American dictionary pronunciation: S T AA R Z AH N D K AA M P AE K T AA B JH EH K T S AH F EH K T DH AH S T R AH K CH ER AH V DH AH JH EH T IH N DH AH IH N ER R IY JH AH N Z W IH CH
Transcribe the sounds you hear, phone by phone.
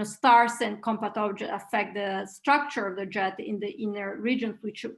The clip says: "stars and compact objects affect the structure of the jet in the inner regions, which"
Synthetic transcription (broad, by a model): S T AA R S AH N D K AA M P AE T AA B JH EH T AH F EH K T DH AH S T R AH K CH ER AH V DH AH JH EH T IH N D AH IH N ER R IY JH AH N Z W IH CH